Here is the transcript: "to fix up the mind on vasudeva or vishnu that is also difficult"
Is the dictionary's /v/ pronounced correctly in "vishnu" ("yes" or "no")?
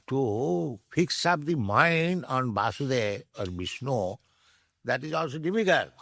no